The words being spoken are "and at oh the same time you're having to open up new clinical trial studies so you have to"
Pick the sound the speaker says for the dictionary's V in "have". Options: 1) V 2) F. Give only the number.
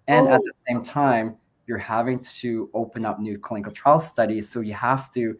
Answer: 2